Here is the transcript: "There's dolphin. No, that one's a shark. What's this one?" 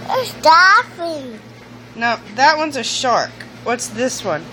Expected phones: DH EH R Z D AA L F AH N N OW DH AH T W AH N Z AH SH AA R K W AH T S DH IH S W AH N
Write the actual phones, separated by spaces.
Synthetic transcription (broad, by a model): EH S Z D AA F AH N N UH DH AH T W AH N Z AH SH AA R K W AH T S DH IH S W AH N